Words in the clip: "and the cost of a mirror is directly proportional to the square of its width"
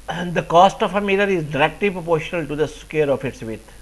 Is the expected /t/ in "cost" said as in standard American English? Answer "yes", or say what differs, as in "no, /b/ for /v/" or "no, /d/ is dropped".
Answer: yes